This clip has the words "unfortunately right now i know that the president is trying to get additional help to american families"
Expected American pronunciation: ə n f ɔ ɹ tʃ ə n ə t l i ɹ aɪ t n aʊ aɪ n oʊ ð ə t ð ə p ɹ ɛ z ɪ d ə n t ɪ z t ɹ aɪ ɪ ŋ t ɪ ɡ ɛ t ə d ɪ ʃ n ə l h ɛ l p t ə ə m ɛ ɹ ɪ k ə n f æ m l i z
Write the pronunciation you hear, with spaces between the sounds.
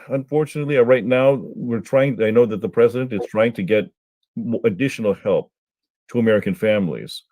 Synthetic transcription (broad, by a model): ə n f ɔ ɹ tʃ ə n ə t l i ɹ aɪ t n aʊ aɪ n oʊ ð ə t ð ə p ɹ ɛ z ɪ d ə n t ɪ z t ɹ aɪ ɪ ŋ t ɪ ɡ ɛ t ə d ɪ ʃ n l h ɛ l p t ə ə m ɛ ɹ ɪ k ə n f æ m l i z